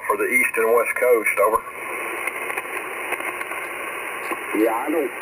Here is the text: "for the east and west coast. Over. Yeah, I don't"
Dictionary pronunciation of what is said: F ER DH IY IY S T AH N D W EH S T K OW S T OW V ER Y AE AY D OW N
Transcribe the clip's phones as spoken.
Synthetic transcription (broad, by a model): F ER DH IY IY S T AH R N W EH S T K OW S T OW V ER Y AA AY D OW